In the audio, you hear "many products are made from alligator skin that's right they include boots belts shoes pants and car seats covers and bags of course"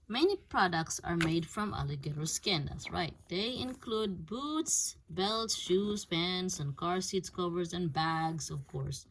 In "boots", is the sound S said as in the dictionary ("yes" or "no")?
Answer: yes